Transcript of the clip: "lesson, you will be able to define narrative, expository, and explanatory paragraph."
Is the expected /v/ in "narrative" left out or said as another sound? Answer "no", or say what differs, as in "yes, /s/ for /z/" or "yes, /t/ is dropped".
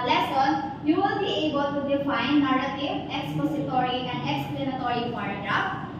yes, /v/ is dropped